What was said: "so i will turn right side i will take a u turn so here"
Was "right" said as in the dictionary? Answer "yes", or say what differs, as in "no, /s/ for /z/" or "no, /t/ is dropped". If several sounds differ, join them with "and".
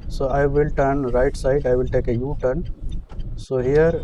yes